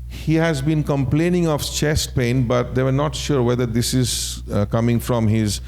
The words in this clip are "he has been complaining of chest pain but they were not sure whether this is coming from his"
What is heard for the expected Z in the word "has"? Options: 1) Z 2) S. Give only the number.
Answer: 1